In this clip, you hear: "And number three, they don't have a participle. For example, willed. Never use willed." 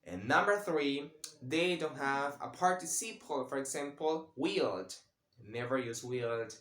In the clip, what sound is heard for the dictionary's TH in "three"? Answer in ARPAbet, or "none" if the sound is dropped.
TH